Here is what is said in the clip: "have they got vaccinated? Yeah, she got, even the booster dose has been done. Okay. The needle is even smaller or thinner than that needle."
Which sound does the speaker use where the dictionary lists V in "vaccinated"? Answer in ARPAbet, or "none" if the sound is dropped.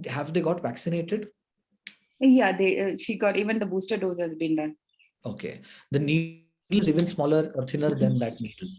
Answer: V